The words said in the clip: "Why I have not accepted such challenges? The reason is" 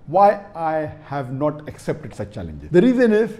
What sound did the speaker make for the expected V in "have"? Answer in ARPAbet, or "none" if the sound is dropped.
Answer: V